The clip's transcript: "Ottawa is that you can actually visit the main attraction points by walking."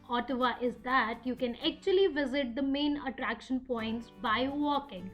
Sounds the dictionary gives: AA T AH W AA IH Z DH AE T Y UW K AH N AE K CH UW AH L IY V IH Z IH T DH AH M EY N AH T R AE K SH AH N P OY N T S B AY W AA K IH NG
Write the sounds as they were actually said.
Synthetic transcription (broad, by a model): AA T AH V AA IH Z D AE T Y UW K AH N AE K CH UW AH L IY V IH Z IH T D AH M EY N AH T R AE K SH AH N P OY N T S B AY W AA K IH NG